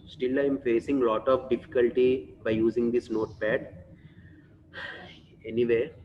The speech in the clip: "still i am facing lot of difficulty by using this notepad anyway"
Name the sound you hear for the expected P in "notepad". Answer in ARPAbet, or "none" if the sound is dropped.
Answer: P